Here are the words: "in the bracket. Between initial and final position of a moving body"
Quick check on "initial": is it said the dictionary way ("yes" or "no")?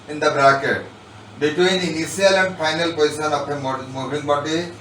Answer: no